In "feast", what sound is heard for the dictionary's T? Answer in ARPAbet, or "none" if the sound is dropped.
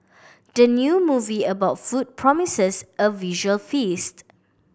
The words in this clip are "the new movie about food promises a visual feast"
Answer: T